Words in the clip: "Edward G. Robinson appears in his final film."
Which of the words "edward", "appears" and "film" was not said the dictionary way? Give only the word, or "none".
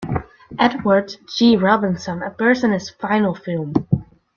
appears